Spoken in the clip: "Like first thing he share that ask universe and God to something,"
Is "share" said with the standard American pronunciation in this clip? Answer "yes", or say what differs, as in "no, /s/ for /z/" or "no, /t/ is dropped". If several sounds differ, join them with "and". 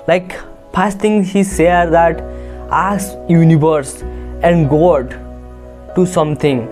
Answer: no, /s/ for /ʃ/